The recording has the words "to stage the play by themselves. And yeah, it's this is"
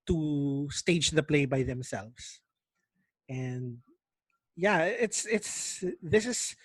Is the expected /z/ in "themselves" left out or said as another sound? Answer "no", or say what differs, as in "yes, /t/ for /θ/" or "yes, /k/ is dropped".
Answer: yes, /s/ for /z/